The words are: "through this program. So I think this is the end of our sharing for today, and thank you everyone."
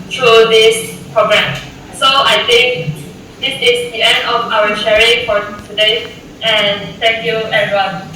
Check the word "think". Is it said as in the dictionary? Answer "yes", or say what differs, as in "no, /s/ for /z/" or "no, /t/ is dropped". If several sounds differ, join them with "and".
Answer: no, /t/ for /θ/